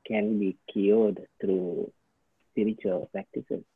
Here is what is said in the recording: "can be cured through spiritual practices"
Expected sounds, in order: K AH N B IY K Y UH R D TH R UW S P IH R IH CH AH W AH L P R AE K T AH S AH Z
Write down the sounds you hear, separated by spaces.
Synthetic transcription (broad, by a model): K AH N B IY K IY L D T R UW S P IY R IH CH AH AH L P R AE K T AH S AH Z